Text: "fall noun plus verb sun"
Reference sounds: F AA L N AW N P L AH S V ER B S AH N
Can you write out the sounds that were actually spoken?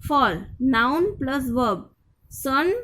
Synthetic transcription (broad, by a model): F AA L N AW N P L AH S V ER B S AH N